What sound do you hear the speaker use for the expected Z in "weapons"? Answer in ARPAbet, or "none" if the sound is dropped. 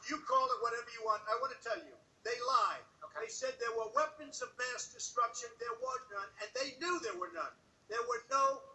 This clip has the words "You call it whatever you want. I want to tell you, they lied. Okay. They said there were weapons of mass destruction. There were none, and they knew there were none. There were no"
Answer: Z